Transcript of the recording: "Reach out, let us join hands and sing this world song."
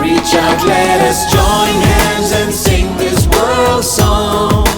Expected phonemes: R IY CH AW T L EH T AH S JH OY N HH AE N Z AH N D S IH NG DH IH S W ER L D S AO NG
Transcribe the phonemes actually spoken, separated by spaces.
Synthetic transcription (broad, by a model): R IY CH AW L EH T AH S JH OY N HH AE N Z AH N S IH NG DH IH S W ER L D S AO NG